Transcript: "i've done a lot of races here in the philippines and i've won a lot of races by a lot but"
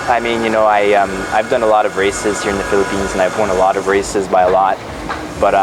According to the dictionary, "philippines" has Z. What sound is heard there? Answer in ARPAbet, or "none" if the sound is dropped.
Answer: Z